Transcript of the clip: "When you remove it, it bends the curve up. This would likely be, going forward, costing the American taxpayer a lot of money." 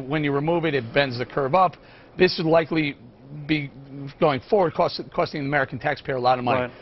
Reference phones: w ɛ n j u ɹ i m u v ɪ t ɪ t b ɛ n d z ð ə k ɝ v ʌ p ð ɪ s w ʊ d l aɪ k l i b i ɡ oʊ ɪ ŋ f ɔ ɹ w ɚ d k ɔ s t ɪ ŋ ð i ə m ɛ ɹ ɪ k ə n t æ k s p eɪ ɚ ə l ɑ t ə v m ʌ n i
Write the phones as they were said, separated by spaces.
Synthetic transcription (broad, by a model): w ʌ n j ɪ ɹ i m u v ɪ t ɪ t b ɛ n d z ð ə k ɝ v ʌ p ð ɪ s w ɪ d l aɪ k l i b i ɡ oʊ ɪ ŋ f ɔ ɹ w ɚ d k ɔ s t ɪ ŋ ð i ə m ɛ ɹ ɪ k n t æ k s p eɪ ɚ ə l ɑ t ə v m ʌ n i